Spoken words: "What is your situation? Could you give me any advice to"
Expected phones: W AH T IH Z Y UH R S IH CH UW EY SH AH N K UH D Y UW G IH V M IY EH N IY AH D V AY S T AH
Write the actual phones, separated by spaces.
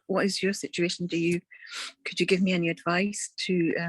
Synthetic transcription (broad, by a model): W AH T IH Z Y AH R S IH CH UW EY SH AH N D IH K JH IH G IH V M IY EH N IY AH D V AY S T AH